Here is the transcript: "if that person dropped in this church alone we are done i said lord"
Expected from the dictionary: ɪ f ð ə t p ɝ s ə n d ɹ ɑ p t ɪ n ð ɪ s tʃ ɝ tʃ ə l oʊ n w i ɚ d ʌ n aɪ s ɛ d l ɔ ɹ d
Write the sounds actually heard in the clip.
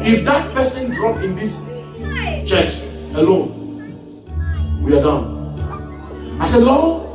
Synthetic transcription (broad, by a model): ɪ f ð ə t p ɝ s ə n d ɹ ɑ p ɪ n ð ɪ s tʃ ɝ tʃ ə l oʊ n w i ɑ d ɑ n aɪ s ɛ d l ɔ